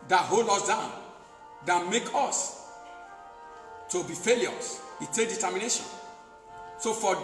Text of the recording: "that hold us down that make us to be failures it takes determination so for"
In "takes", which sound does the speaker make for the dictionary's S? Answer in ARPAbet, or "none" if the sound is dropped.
none